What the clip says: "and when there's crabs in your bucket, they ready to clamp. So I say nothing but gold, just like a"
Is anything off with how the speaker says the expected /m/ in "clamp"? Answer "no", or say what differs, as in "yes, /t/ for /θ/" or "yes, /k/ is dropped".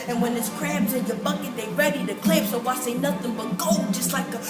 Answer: yes, /m/ is dropped